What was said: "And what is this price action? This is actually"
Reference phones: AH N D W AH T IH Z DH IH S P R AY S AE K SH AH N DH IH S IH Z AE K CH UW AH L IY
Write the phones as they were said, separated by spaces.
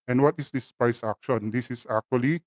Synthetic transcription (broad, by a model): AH N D W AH T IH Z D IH S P AY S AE K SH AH N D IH S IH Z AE K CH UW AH L IY